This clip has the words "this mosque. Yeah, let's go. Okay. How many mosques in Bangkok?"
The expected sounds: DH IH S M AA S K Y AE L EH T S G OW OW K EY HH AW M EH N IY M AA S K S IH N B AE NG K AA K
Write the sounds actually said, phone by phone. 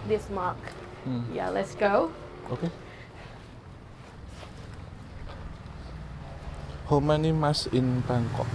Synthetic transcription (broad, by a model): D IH S M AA K Y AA L EH T S G OW OW K EY HH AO M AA N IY M AA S S IH N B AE NG K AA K